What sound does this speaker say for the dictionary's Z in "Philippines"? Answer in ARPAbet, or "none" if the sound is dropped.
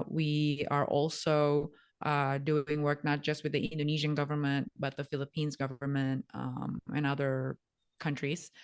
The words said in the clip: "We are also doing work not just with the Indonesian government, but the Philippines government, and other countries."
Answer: Z